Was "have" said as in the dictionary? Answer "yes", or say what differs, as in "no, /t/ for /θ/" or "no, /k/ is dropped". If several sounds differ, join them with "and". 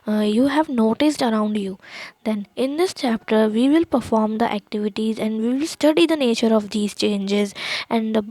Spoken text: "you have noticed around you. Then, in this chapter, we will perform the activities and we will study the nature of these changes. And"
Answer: yes